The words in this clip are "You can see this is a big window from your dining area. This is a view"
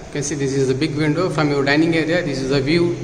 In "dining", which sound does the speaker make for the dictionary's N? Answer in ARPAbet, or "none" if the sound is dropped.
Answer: N